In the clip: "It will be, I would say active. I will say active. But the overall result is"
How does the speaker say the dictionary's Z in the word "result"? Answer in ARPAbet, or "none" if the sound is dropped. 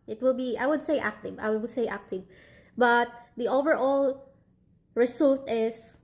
S